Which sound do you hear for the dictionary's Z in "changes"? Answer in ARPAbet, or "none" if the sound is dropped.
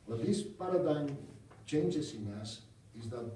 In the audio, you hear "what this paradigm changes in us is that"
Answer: S